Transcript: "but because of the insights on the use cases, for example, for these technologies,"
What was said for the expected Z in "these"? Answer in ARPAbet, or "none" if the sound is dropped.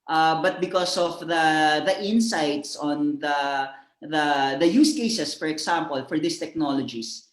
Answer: S